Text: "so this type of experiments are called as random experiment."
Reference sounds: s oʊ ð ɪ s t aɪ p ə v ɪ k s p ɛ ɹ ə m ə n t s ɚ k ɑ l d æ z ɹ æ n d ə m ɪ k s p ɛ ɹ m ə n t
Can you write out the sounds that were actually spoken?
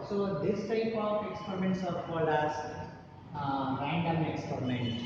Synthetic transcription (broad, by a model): s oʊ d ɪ s t aɪ p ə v ɪ k s p ɛ ɹ ə m ə n t s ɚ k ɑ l æ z ɹ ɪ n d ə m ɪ k s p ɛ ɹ m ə n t